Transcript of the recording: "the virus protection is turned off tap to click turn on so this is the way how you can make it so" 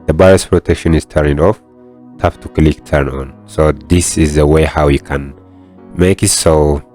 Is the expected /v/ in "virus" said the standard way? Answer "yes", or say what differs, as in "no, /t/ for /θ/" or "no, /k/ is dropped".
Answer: no, /b/ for /v/